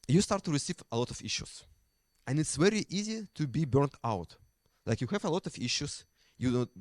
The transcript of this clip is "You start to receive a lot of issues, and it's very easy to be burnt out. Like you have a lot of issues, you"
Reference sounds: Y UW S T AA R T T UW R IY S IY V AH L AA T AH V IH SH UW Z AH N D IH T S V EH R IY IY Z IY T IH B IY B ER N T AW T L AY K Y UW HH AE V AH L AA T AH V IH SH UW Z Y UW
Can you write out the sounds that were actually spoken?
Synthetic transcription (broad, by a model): Y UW S T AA R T T UW R IY S IY V AH L AA T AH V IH SH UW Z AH N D IH T S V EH R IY IY Z IY T IH B IY B ER N T AW T L AY K Y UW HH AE V AH L AA T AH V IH SH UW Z Y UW